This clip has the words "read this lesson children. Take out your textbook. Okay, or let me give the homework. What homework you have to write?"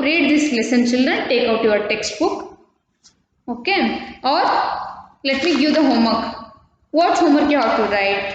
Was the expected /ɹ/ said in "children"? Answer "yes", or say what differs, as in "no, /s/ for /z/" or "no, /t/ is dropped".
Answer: yes